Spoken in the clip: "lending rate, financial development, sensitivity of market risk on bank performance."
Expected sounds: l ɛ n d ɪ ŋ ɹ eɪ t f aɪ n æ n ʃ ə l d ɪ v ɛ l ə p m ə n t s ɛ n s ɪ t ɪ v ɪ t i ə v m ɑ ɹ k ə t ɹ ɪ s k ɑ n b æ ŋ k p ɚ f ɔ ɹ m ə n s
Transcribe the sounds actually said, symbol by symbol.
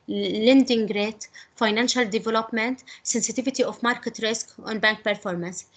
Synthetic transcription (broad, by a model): l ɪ n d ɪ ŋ ɹ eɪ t f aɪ n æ n ʃ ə l d ɪ v ɛ l ə p m ə n t s ɛ n s ɪ t ɪ v ɪ t i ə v m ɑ ɹ k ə t ɹ ɪ s k ɑ n b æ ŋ k p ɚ f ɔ ɹ m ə n s